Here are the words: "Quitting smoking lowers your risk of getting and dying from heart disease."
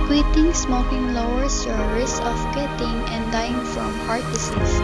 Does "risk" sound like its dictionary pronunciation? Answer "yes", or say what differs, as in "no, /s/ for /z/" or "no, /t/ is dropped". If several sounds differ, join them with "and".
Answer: no, /k/ is dropped